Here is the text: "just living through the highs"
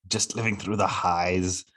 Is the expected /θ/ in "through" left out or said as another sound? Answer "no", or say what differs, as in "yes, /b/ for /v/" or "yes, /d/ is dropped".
no